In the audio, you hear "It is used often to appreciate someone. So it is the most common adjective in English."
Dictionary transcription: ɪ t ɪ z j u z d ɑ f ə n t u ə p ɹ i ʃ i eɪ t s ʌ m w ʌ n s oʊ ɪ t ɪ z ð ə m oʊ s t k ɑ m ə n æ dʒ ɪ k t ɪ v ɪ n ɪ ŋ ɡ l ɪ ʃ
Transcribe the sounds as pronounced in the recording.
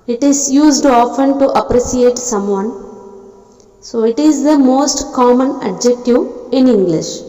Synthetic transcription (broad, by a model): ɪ t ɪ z j u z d ɑ f ə n t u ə p ɹ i s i eɪ t s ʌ m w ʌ n s oʊ ɪ t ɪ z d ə m oʊ s t k ɑ m ə n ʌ dʒ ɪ k t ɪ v ɪ n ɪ ŋ ɡ l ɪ ʃ